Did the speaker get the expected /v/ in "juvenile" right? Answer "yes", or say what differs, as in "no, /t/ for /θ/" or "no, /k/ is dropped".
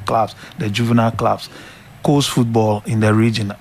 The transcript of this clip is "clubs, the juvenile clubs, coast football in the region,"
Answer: yes